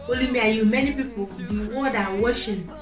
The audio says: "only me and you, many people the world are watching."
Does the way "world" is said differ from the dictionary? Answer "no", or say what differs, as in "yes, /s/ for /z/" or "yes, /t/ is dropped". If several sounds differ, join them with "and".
yes, /l/ is dropped